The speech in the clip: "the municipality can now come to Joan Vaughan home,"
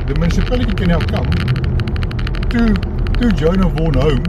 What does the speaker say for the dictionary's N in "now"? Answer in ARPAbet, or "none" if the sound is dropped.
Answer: L